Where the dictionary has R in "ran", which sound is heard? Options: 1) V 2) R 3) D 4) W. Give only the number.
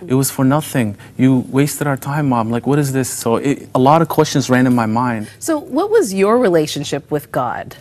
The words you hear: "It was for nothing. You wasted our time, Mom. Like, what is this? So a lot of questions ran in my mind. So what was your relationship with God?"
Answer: 2